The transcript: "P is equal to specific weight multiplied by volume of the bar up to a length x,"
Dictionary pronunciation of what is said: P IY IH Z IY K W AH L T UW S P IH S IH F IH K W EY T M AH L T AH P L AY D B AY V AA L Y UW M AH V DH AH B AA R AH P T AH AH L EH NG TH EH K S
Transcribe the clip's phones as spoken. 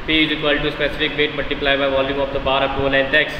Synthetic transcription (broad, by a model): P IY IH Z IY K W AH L T UW S P IH S IH F IH K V EY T M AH L T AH P L AY B AY V AA L Y UW M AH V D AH B AA R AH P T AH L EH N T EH K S